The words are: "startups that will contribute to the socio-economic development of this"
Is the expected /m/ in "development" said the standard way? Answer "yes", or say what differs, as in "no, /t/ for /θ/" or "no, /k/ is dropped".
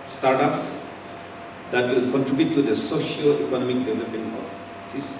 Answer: no, /m/ is dropped